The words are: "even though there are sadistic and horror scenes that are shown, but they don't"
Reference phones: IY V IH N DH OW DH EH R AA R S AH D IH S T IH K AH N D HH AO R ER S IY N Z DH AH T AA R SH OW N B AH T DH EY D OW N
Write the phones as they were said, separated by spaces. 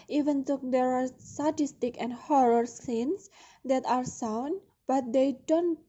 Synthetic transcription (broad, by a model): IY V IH N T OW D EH R AA R S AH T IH S T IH K AH N D HH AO R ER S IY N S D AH T AA R S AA N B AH T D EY D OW N